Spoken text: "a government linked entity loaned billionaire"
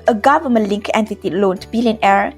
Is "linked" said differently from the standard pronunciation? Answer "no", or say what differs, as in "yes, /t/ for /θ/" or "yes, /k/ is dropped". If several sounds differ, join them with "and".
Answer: yes, /t/ is dropped